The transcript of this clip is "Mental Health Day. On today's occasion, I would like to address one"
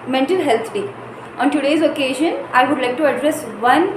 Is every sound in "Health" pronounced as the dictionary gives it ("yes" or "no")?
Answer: no